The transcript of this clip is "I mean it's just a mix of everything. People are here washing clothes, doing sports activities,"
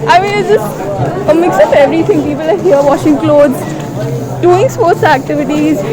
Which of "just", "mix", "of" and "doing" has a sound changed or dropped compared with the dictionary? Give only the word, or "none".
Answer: of